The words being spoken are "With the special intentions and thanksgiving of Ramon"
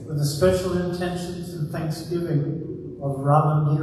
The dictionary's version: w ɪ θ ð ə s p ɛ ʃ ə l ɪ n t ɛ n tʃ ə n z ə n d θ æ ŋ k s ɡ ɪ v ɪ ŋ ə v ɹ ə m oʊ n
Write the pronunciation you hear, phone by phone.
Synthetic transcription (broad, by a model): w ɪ ð ə s p ɛ ʃ l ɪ n t ɛ n ʃ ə n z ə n θ æ ŋ k s ɡ ɪ v ɪ ŋ ə v ɹ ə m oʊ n